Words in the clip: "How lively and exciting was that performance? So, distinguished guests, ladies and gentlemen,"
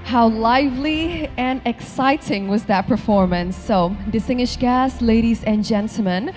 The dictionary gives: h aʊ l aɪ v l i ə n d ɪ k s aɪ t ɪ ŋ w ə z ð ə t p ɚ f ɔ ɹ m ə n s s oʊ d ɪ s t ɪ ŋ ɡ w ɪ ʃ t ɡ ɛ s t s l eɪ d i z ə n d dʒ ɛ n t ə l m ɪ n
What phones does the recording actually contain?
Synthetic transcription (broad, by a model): h aʊ l aɪ v l i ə n ɪ k s aɪ t ɪ ŋ w ə z ð ə t p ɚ f ɔ ɹ m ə n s s oʊ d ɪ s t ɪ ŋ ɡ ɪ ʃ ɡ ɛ s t l eɪ d i z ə n dʒ ɛ n t l m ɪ n